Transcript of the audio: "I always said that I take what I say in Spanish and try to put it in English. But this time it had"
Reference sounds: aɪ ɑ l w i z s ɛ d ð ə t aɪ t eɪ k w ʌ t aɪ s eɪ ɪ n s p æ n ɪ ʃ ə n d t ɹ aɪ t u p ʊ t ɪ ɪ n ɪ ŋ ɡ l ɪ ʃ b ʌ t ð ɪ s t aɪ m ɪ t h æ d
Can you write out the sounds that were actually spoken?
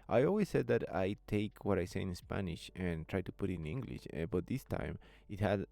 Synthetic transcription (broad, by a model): aɪ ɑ l w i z s ɛ d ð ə t aɪ t eɪ k w ʌ t aɪ s eɪ ɪ n s p æ n ɪ ʃ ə n t ɹ aɪ t u p ʊ t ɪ ɪ n ɪ ŋ ɡ l ɪ ʃ b ʌ t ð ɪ s t aɪ m ɪ t h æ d